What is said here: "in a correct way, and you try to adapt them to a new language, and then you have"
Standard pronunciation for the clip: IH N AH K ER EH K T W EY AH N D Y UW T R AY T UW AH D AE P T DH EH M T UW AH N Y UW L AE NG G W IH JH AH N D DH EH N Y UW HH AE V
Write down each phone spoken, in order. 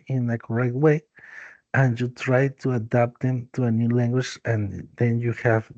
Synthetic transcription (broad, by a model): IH N AH K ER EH K T W EY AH N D Y UW T R AY T UW AH D AE P T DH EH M T UW AH N Y UW L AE NG G W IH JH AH N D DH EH N Y UW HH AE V